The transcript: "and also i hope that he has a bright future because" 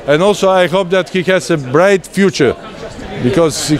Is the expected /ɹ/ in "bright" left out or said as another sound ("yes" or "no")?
no